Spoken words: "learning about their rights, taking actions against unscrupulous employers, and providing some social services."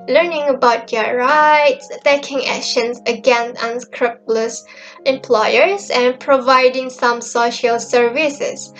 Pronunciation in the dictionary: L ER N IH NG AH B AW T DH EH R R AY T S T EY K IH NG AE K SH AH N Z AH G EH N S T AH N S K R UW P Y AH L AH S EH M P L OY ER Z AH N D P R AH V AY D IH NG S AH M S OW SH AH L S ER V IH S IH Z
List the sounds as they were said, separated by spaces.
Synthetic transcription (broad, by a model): L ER N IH NG AH B AW T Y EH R R AY T S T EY K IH NG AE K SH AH N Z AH G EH N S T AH N S K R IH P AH L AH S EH M P L OY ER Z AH N P R AH V AY D IH NG S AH M S OW SH AH L S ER V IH S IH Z